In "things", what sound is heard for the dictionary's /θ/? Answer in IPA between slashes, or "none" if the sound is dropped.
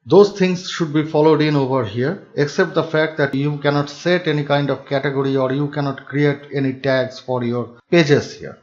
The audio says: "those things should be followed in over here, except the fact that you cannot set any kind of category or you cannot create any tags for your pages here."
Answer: /t/